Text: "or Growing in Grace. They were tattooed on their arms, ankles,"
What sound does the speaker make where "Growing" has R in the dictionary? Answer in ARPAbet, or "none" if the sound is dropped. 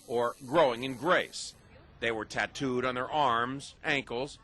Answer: R